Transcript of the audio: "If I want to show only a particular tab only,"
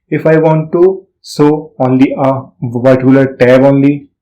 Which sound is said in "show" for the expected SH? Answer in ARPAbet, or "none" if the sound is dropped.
S